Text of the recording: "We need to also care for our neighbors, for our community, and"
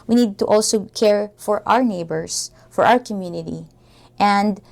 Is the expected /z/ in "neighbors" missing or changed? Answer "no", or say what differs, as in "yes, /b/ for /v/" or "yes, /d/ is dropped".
yes, /s/ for /z/